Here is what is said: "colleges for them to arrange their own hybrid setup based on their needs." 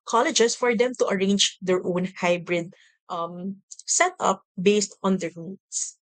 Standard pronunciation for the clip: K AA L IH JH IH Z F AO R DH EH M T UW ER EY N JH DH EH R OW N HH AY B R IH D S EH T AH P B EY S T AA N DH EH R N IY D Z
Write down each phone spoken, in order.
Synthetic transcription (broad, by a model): K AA L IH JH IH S F AO R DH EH M T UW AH EY N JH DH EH R OW N HH AY B R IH D S EH T AH P B EY S T AA N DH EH R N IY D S